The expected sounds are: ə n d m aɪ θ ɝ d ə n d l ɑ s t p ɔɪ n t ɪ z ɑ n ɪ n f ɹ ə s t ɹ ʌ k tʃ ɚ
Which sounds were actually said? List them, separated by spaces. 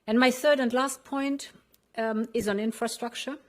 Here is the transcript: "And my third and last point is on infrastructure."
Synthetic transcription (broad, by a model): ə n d m aɪ θ ɝ d ə n d l ɑ s t p ɔɪ n t ɪ z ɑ n ɪ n f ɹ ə s t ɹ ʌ k tʃ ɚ